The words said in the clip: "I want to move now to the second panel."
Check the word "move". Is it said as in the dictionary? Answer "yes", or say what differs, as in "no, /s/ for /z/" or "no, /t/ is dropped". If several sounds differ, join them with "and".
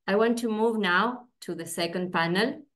yes